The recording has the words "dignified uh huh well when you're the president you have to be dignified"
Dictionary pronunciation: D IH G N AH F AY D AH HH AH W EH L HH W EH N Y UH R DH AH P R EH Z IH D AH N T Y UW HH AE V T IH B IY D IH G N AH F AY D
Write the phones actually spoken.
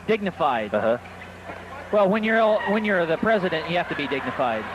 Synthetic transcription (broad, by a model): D IH G N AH F AY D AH HH AH W EH L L W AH N Y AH R DH AH P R EH Z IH D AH N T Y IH HH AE F T IH B IY D IH G N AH F AY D